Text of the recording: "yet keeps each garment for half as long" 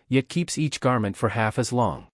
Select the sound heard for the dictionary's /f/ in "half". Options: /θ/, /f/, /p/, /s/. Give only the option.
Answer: /f/